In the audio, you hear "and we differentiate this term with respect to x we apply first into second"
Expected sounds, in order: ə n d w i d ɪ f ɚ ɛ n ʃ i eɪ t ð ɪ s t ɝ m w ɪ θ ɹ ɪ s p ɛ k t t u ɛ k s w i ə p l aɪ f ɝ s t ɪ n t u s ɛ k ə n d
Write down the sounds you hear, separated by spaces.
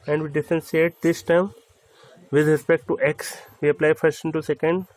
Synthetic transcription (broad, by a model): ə n d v i d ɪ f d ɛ n s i eɪ t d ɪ s t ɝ m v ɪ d ɹ ɪ s p ɛ k t t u ɛ k s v i ə p l aɪ f ɝ s t ɪ n t u s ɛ k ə n d